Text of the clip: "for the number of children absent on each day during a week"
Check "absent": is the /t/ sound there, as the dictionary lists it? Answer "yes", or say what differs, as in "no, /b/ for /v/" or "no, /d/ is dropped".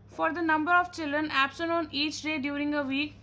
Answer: no, /t/ is dropped